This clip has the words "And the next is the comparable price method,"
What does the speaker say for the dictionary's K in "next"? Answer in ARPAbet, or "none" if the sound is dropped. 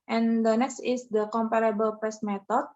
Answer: K